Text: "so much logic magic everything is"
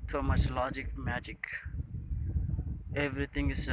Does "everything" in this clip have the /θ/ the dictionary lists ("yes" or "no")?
no